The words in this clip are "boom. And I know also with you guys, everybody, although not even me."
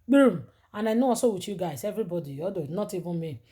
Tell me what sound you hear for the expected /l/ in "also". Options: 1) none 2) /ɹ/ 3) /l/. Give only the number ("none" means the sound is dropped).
1